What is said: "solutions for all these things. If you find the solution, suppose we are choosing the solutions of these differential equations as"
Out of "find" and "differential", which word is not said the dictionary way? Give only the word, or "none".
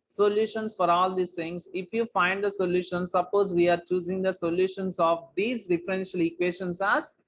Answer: none